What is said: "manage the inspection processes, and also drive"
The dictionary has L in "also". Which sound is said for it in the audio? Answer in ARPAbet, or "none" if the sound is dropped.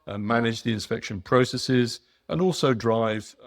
L